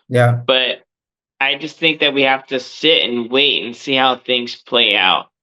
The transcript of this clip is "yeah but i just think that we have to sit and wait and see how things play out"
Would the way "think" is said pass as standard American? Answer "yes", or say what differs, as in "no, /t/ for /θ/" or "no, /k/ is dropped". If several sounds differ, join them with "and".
yes